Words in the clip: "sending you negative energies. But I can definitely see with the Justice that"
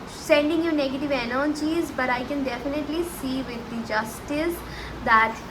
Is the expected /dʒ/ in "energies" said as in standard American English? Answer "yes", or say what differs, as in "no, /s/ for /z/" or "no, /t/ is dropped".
no, /tʃ/ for /dʒ/